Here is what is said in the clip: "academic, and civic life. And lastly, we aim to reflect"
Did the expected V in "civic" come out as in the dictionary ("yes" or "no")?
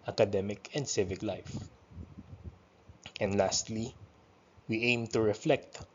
yes